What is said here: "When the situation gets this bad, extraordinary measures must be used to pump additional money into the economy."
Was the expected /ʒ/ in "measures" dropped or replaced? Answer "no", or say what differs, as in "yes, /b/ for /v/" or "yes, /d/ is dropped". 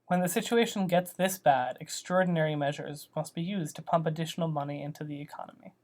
no